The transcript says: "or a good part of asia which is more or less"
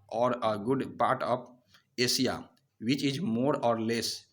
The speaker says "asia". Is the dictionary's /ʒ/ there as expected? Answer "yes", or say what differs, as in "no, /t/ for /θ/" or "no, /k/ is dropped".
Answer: no, /s/ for /ʒ/